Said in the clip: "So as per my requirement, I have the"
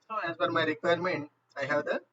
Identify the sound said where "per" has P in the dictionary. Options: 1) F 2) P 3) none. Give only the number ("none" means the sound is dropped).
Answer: 1